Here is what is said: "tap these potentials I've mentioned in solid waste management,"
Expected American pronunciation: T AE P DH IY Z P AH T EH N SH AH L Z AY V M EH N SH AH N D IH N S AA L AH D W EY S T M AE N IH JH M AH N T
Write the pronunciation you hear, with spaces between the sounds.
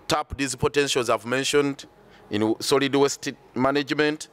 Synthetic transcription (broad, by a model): T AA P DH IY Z P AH T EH N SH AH L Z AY V M EH N SH AH N D IH N S AA L AH D W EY S T M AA N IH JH M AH N T